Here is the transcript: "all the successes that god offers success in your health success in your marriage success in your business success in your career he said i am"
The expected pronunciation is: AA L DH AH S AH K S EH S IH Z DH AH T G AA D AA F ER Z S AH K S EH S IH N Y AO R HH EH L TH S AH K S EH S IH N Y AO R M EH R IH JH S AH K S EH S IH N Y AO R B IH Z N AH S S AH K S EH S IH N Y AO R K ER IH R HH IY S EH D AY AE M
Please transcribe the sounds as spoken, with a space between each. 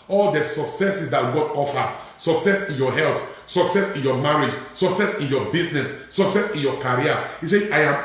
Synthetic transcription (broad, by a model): AA L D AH S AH K S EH S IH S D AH T G AA D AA F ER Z S AH K S EH S IH N Y AO HH EH L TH S AH K S EH S IH N Y AO M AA R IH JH S AH K S EH S IH N Y AO B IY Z N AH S S AH K S EH S IH N Y AO K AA R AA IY S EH AY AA M